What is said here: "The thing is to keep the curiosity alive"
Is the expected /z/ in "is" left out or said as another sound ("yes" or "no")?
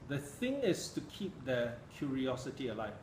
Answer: yes